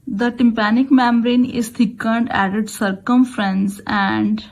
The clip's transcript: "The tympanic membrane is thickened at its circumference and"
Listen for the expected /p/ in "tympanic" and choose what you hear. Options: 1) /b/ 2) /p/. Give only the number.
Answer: 2